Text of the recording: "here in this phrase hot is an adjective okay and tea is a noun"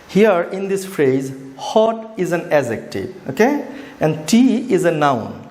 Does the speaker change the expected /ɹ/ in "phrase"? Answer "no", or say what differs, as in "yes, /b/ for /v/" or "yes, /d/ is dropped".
no